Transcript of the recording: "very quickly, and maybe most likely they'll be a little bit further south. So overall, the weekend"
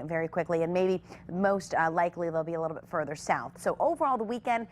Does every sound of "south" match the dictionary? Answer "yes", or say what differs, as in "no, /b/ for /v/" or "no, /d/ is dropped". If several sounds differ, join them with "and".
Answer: yes